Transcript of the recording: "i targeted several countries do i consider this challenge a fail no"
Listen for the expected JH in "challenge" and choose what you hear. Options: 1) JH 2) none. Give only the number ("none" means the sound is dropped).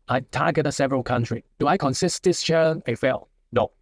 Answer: 2